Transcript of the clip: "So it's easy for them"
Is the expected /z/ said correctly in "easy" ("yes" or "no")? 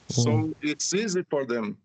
yes